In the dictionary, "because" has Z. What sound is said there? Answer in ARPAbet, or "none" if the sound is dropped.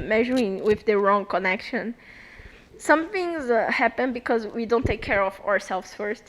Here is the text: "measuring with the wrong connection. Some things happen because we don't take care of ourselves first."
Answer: Z